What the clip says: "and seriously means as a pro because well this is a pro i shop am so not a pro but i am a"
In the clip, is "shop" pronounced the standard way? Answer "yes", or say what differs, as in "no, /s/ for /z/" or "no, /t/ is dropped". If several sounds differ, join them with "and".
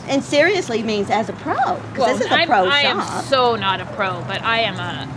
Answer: no, /p/ is dropped